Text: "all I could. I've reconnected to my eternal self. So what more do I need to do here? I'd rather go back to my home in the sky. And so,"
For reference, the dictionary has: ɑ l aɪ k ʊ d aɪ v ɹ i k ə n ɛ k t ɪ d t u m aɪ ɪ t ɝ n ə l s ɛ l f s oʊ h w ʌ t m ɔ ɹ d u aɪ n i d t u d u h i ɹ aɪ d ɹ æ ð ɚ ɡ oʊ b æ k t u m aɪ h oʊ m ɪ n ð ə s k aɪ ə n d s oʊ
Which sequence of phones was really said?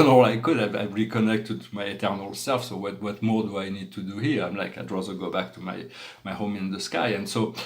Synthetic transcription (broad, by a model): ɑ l aɪ k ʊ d aɪ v ɹ i k ə n ɛ k t ɪ d t u m aɪ ɪ t ɝ n ə l s ɛ l f s oʊ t w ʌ t m ɔ ɹ d u aɪ n i d t u d u h i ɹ aɪ d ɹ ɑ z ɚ ɡ oʊ b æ k t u m aɪ h oʊ m ɪ n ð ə s k aɪ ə n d s oʊ